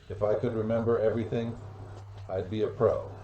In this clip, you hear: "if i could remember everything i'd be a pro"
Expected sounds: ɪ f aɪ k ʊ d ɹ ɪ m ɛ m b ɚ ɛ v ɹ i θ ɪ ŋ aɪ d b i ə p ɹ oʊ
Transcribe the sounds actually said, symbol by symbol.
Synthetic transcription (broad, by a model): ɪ f aɪ k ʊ d ɹ ɪ m ɛ m b ɚ ɛ v ɹ i θ ɪ ŋ aɪ d b i ə p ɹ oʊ